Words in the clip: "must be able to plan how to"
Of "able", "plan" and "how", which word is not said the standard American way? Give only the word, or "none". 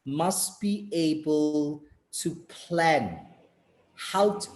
none